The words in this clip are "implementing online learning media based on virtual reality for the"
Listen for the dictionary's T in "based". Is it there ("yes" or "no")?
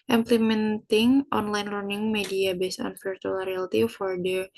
no